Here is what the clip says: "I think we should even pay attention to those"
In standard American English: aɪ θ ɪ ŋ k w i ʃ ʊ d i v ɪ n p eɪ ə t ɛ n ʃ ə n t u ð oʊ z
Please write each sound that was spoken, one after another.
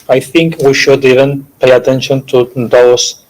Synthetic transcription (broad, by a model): aɪ θ ɪ ŋ k w i ʃ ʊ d i v ɪ n p eɪ ə t ɛ n ʃ ə n t u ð oʊ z